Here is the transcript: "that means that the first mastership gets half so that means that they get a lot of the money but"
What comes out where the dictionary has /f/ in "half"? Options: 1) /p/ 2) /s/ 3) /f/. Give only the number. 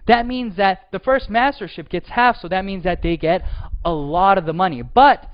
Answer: 3